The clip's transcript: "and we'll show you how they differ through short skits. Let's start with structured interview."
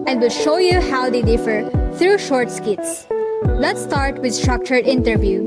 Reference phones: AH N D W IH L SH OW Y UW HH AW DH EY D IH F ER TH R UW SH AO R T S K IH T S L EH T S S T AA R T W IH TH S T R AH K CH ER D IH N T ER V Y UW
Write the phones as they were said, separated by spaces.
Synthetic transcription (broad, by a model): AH N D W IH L SH OW Y UW HH AW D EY D IH F ER T R UW SH AO R T S K IH T S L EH T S S T AA R T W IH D S T R AH K CH ER D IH N T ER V Y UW